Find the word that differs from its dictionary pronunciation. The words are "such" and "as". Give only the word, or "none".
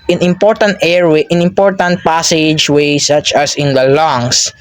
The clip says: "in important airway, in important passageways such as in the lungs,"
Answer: as